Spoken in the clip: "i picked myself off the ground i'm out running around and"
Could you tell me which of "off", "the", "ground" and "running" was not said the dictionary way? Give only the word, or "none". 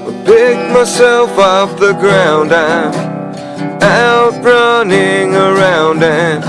off